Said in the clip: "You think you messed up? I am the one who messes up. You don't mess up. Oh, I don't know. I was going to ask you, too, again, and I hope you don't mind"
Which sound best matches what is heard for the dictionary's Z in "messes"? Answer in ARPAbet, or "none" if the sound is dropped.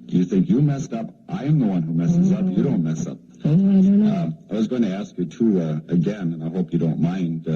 Z